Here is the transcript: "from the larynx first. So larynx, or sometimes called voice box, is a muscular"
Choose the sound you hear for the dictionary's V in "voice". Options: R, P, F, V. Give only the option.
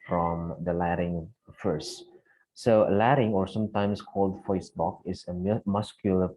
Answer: F